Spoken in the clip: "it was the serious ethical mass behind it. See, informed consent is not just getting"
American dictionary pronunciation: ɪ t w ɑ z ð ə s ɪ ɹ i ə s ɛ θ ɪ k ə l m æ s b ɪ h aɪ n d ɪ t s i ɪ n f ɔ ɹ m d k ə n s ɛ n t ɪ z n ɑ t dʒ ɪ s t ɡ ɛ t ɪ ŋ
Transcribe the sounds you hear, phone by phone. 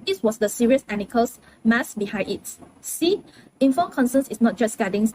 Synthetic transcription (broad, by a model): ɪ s w ɑ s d ə s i ɹ i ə s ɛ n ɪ k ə l m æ s b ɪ h aɪ d ɪ t s i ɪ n f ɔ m k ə n s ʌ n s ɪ s n ɑ t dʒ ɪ s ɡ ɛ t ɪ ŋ